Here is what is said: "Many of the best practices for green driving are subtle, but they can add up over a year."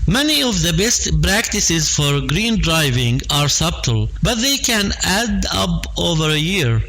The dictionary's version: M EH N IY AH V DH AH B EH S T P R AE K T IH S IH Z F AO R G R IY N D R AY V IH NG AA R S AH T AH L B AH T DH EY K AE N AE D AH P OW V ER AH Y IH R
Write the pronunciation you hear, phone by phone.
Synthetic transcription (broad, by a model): M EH N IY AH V DH AH B EH S T P R AE K T IH S IH Z F AO R G R IY N D R AY V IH NG AA R S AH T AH L B AH T DH EY K AE N AE D AH P OW V ER AH Y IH R